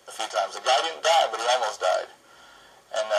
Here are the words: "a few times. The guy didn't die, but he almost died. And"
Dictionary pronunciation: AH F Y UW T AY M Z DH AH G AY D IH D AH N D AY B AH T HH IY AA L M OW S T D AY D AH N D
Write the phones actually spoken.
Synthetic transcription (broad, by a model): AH F Y UW T AY M Z DH AH G AY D IH D N D AY B AH T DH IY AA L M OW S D AY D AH N